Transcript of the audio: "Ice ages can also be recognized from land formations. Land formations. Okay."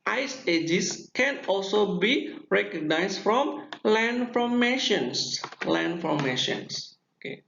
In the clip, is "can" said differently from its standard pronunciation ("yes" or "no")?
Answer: no